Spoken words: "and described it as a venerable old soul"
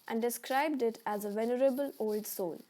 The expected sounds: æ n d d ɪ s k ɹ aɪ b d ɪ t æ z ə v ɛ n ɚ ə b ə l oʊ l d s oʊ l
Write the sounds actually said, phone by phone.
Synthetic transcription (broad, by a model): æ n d d ɪ s k ɹ aɪ b d ɪ t æ z ə v ɛ n ɚ ə b ə l oʊ l d s oʊ l